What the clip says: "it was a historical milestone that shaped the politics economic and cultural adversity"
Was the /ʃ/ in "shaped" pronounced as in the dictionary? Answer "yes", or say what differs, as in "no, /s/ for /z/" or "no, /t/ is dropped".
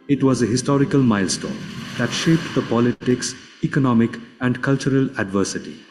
yes